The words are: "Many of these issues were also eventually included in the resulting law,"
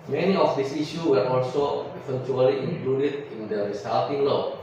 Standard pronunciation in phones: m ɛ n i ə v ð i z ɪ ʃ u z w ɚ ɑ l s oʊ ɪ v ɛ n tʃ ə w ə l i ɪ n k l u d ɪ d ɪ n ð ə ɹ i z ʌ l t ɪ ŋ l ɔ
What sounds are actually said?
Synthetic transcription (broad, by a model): m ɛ n i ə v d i s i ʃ u w ɚ ɑ l s oʊ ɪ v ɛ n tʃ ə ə l i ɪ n k l u d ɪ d ɪ n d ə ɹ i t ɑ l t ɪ ŋ l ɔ